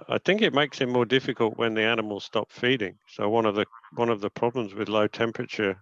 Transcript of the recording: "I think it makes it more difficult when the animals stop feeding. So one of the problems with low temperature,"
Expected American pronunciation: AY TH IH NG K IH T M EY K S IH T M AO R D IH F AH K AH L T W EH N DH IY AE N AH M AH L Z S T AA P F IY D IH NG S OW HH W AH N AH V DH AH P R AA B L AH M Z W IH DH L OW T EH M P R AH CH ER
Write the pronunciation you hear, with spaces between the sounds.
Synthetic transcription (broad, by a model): AY TH IH NG K IH T M EY K S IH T M AO R D IH F AH K AH L T W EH N DH IY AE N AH M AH L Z S T AA P F IY D IH NG S OW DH W AH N AH V DH AH P R AA B L AH M Z W IH DH L OW T EH M P R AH CH ER